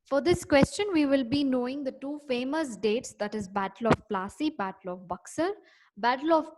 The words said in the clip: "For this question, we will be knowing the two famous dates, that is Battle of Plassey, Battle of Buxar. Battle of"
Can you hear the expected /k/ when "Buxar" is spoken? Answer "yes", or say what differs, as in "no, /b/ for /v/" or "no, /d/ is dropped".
yes